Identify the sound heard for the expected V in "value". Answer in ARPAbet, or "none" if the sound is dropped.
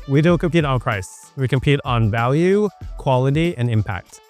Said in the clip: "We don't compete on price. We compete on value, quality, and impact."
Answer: V